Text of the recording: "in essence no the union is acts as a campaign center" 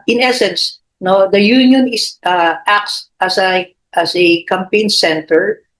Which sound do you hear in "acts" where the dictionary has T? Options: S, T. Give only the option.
S